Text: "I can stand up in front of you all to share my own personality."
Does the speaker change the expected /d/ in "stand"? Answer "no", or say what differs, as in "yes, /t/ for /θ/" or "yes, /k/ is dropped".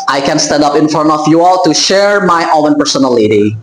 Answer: no